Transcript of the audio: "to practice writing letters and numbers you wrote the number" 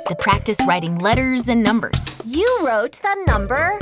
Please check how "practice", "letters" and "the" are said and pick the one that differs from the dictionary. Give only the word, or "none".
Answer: none